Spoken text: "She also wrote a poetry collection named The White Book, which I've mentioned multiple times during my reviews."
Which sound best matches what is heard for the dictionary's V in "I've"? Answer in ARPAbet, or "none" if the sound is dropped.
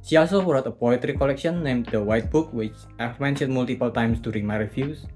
F